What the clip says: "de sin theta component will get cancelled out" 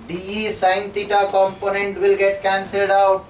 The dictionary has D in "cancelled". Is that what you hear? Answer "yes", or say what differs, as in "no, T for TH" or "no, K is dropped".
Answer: yes